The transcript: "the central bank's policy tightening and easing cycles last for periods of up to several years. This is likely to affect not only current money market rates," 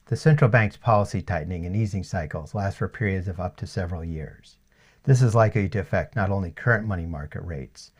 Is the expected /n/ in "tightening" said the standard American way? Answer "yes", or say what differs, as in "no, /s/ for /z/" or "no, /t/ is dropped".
yes